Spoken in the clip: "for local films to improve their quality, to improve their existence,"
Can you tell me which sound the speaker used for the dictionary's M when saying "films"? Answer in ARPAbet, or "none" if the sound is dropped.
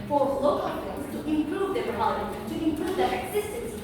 none